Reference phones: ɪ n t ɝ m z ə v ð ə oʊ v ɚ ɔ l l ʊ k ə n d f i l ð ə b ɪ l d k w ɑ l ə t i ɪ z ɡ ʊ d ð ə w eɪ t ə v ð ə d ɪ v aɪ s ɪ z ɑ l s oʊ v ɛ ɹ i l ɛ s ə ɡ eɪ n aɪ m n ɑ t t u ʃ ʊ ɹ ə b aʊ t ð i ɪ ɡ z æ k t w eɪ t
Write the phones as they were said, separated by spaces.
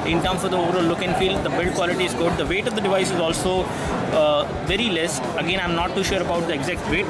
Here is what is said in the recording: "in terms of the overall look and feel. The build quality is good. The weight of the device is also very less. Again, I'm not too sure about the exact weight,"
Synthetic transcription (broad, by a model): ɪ n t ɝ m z ə v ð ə oʊ v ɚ ɔ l l ʊ k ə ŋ f i l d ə b ɪ l d k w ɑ l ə t i ɪ z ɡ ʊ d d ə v eɪ t ə v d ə d ɪ v aɪ s ɪ z ɑ l s oʊ v ɛ ɹ i l ɛ s ə ɡ eɪ n aɪ m n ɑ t t u ʃ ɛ ɹ ə b aʊ t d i ɪ ɡ z æ k t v eɪ t